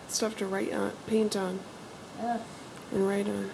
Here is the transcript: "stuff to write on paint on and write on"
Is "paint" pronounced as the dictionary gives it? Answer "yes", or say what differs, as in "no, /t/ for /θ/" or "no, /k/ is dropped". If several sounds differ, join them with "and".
yes